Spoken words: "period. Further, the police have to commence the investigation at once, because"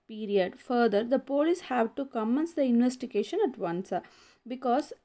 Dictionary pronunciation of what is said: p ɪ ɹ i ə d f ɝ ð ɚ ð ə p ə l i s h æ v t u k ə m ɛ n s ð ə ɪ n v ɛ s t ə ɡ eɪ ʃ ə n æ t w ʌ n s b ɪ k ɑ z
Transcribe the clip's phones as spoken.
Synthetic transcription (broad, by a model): p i ɹ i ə d f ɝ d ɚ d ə p ə l i s h æ v t u k ə m ɛ n s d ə ɪ n v ɛ s t ə ɡ eɪ ʃ ə n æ t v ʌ n s b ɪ k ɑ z